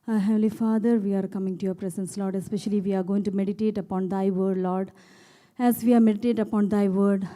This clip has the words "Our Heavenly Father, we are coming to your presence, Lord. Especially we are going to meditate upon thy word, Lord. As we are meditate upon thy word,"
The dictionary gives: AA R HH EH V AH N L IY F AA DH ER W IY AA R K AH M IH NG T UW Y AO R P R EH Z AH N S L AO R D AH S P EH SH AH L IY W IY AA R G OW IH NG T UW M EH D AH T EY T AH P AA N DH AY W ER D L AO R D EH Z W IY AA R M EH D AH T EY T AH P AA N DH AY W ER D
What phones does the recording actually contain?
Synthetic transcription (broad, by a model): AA HH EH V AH L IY F AA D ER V IY AA R K AH M IH NG T UW Y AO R P R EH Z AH N S L AO R D AH S P EH SH AH L IY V IY AA R G OW IH NG T UW M EH D AH T EY T AH P AA N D AY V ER D L AO R D EH Z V IY AA R M EH D AH T EY T AH P AA N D AY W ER D